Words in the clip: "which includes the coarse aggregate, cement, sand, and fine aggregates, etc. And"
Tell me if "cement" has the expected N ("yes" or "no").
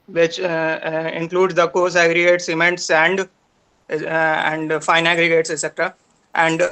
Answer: yes